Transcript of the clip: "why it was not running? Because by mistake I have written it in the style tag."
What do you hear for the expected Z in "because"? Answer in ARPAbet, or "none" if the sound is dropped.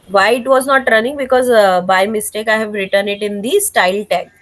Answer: Z